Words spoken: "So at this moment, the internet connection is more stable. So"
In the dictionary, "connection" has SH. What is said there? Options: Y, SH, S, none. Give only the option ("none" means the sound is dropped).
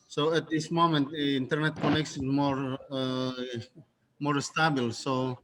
S